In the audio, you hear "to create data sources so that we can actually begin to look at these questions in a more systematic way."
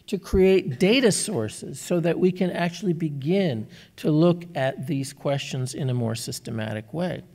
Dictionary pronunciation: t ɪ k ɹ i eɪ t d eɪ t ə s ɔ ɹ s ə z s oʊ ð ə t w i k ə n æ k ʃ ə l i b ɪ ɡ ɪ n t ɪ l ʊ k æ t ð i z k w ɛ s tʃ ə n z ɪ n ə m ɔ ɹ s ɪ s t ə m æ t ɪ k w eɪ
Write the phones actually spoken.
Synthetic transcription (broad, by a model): t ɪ k ɹ i eɪ t d eɪ t ə s ɔ ɹ s ə z s oʊ ð ə t w i k ə n æ k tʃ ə l i b ɪ ɡ ɪ n t ɪ l ʊ k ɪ t ð i z k w ɛ s tʃ ə n z ɪ n ə m ɔ ɹ s ɪ s t ə m æ t ɪ k w eɪ